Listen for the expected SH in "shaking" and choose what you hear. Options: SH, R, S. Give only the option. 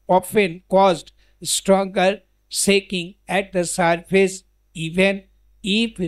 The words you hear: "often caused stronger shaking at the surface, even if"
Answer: S